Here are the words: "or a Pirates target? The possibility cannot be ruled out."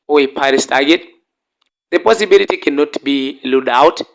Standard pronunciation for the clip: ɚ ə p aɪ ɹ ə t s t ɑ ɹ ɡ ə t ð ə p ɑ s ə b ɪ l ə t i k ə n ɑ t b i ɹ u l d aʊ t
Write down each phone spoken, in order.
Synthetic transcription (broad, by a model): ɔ ə p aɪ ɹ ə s t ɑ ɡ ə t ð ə p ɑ s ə b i l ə t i k ə n ɑ t b i l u d aʊ t